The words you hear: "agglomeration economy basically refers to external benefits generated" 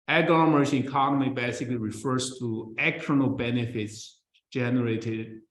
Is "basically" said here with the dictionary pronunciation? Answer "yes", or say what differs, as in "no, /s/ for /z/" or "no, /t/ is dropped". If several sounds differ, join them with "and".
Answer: yes